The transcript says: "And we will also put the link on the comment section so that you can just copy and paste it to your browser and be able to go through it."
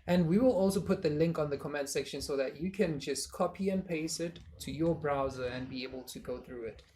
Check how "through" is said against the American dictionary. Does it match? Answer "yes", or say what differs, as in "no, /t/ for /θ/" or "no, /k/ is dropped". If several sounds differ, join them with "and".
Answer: yes